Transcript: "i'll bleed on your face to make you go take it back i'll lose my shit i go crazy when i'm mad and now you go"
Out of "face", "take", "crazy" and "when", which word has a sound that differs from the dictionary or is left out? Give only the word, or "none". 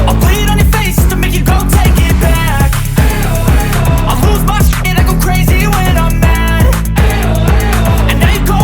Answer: none